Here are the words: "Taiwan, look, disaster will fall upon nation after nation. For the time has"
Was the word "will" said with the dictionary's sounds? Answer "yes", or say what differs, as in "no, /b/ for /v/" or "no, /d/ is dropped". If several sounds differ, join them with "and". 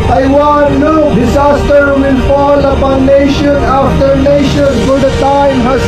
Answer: no, /n/ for /l/